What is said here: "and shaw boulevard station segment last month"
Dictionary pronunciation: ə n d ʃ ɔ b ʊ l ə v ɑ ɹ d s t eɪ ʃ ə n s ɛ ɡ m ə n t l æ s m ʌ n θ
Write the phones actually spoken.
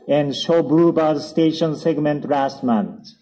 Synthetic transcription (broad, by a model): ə n d ʃ ɔ b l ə b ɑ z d s t eɪ ʃ ə n s ɛ ɡ m ə n t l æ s m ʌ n